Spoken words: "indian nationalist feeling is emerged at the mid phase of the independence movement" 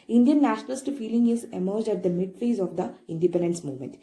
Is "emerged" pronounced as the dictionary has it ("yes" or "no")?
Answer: yes